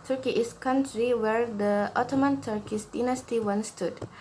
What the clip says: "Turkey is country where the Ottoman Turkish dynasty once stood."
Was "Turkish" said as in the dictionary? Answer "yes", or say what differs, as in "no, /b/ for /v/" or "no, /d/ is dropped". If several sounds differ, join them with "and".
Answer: no, /s/ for /ʃ/